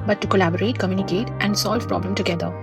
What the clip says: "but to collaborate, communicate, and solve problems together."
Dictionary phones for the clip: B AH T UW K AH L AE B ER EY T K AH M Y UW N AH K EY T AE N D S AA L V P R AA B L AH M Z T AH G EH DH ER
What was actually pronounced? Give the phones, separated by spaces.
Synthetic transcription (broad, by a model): B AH T UW K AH L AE B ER EY T K AH M Y UW N AH K EY T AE N D S AA L V P R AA B L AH M T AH G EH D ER